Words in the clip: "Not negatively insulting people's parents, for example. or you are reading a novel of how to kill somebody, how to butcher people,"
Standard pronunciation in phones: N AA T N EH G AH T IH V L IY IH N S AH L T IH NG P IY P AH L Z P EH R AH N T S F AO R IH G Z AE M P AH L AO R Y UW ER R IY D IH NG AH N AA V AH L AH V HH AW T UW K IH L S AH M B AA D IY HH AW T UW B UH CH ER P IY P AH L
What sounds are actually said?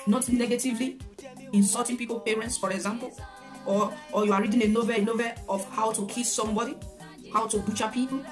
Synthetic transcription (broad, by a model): N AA T N EH G AH T IH V L IY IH N S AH T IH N P IY P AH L P EH R AH N T S F AO R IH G Z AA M P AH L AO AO Y UW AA R IY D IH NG AH N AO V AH N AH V HH AW T UW K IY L S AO M B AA D IY HH AW T UW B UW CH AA P IY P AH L